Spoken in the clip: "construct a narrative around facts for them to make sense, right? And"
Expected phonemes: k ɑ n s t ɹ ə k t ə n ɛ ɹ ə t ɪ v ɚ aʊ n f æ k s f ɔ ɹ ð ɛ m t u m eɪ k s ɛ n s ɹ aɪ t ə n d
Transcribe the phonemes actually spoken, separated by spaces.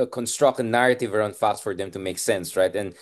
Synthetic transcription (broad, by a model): k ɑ n s t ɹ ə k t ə n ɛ ɹ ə t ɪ v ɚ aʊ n f æ k s f ɔ ɹ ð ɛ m t u m eɪ k s ɛ n s ɹ aɪ t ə n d